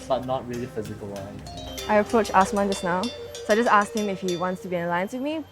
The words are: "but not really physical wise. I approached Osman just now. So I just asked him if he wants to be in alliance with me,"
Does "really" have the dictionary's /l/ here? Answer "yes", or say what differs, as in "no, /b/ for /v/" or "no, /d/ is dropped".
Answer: yes